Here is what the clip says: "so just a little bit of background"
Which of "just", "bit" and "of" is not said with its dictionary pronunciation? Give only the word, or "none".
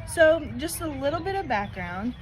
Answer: none